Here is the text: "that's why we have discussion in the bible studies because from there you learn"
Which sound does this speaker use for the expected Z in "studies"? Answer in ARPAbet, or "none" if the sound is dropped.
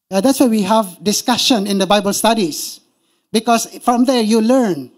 S